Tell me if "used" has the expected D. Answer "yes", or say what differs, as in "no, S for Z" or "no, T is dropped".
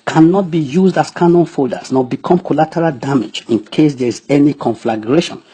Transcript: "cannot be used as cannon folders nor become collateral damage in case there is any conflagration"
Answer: yes